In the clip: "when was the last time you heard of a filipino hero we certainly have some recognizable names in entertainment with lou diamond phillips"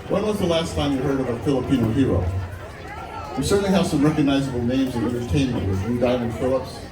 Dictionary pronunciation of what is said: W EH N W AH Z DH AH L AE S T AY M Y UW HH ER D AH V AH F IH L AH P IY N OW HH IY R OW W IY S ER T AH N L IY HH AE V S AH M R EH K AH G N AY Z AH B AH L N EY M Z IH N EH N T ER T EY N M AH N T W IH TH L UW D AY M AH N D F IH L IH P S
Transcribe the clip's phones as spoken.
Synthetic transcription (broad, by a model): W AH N W AH Z DH AH L AE S T AY M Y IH HH ER D AH V AH F IH L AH P IY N OW HH IY R OW W IY S ER T N L IY HH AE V S AH M R EH K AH G N AY Z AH B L N EY M Z IH N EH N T ER T EY N M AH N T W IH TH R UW D AY M AH N D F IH L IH P S